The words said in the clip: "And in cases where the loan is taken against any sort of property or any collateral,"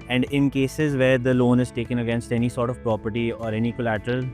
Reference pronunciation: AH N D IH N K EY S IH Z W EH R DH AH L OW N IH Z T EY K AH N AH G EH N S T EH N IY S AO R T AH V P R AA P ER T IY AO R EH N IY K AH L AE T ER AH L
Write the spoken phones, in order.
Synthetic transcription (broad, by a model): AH N D IH N K EY S IH Z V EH R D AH L OW N IH Z T EY K AH N AH G EH N S T EH N IY S AO R T AH V P R AA P ER T IY AO R EH N IY K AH L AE T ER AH L